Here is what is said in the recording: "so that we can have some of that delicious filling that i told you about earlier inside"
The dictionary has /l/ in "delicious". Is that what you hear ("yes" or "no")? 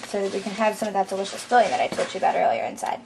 no